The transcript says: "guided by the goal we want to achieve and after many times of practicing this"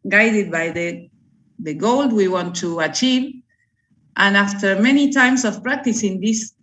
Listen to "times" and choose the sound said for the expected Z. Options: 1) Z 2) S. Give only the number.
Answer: 2